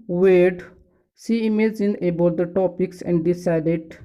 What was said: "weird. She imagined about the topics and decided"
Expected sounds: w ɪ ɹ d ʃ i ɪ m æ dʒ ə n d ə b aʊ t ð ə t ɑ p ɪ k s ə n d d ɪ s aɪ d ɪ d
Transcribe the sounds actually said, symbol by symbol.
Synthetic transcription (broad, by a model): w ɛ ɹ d s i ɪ m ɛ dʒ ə n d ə b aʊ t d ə t ɑ p ɪ k s ə n d d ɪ s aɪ d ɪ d